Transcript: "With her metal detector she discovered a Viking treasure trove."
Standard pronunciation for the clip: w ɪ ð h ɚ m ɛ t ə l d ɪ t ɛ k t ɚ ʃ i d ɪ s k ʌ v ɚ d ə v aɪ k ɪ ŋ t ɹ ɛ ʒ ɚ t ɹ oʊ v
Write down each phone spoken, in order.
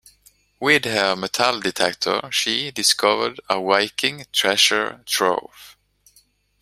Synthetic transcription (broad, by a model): w ɪ ð h ɚ m ɛ t ə l d ɪ t ɛ k t ɚ ʃ i d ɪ s k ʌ v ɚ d ə w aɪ k ɪ ŋ t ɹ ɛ ʃ ɚ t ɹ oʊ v